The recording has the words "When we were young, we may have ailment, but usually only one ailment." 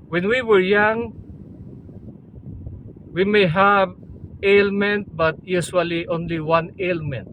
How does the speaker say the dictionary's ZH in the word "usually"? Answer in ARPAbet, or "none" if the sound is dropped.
S